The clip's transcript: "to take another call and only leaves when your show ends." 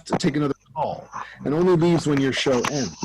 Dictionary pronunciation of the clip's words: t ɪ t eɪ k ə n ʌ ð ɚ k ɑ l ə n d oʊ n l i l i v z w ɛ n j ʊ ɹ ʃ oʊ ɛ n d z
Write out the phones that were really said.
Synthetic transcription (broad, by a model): t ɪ t eɪ k ə n ʌ ð ɚ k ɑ l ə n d oʊ n l i l i v z w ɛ n j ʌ ɹ ʃ oʊ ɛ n